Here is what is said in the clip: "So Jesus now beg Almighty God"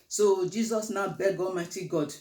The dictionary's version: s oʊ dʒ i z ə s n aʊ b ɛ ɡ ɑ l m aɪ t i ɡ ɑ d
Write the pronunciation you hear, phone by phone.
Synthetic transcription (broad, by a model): s oʊ dʒ i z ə s n aʊ b ɛ ɡ ɑ l m aɪ t i ɡ ɑ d